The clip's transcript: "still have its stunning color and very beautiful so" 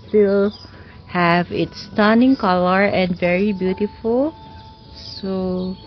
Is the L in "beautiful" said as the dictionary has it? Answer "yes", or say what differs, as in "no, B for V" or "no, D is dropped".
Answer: yes